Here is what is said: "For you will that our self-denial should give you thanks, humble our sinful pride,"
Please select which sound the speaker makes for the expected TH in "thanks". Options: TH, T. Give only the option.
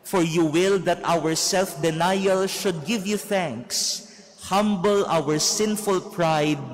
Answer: TH